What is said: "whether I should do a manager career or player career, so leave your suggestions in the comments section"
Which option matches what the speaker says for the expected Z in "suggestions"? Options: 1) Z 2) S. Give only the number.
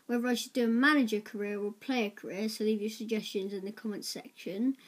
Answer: 1